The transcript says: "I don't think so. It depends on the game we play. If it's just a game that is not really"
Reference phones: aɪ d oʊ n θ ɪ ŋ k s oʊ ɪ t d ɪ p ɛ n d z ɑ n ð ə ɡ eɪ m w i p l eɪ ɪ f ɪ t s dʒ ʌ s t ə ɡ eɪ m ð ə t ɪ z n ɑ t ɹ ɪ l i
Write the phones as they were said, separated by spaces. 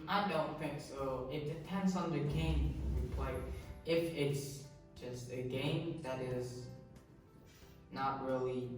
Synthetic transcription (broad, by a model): aɪ d oʊ n θ ɪ ŋ k s oʊ ɪ t d ɪ p ɛ n d z n ð ə ɡ eɪ m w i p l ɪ ɪ f ɪ t s dʒ ʌ s t ə ɡ eɪ m ð ə t ɪ z n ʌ t ɹ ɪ l i